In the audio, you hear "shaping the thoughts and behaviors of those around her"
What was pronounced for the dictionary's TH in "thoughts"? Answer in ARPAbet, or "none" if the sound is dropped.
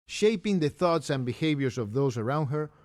TH